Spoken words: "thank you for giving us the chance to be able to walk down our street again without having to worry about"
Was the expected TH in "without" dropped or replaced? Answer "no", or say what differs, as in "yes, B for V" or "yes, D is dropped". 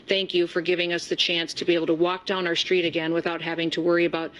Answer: no